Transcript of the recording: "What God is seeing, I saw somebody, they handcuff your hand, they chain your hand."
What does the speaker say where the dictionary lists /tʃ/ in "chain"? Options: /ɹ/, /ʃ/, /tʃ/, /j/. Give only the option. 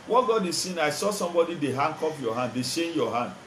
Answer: /ʃ/